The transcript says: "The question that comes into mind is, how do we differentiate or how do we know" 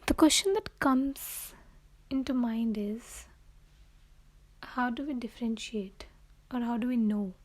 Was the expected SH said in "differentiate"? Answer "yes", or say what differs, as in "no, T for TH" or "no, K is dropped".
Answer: yes